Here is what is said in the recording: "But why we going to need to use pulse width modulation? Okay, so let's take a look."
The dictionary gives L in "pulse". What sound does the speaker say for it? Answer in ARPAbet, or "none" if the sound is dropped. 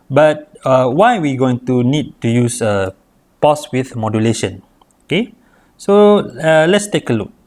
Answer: none